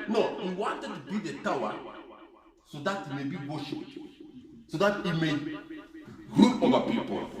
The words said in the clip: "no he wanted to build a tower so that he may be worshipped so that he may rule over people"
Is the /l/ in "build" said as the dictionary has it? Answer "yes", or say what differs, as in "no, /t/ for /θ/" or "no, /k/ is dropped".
no, /l/ is dropped